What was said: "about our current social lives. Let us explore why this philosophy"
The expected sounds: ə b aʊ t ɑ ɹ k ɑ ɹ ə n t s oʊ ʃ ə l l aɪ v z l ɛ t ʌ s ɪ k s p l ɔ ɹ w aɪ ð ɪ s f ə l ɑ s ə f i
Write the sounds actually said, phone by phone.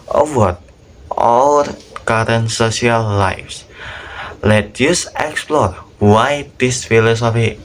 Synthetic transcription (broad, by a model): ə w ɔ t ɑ l k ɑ ɹ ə n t s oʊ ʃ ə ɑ l aɪ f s l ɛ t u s ɪ k s p l ɔ ɹ w aɪ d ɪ s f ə l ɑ s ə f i